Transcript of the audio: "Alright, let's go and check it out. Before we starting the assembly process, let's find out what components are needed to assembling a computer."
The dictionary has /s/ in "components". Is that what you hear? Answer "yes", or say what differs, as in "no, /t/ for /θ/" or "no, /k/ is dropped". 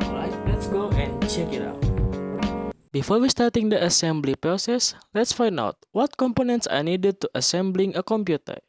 yes